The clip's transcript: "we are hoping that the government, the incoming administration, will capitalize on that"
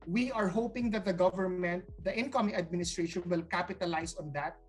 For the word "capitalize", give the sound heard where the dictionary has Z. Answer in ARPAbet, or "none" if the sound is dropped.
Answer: S